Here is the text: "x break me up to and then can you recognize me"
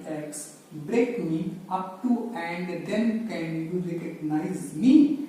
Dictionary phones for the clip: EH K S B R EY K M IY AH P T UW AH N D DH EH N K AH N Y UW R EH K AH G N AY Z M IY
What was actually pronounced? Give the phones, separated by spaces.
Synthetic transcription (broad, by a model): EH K S B R EY K M IY AH P T UW AH N D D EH N K AH N Y UW L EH K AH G N AY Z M IY